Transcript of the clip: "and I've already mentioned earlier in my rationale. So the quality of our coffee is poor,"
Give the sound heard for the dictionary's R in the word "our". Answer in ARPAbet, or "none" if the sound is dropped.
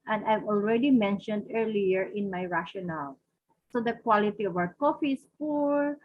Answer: W